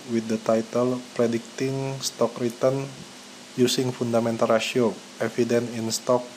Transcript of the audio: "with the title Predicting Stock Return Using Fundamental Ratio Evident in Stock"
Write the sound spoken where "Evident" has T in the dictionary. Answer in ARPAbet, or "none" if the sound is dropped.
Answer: none